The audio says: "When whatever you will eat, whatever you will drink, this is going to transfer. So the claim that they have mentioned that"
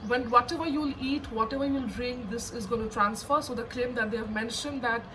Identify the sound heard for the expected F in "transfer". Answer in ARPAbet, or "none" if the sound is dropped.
F